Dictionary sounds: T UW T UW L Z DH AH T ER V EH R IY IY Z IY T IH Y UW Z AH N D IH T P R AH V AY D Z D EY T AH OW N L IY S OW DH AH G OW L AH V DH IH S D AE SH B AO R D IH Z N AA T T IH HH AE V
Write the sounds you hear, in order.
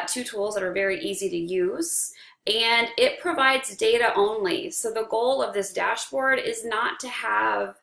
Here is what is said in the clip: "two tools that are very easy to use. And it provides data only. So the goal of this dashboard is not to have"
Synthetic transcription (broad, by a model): T UW T UW L Z DH AH T ER V EH R IY IY Z IY T IH Y UW Z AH N IH T P R AH V AY D Z D EY T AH OW N L IY S OW DH AH G OW L AH V DH IH S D AE SH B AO R D IH Z N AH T T IH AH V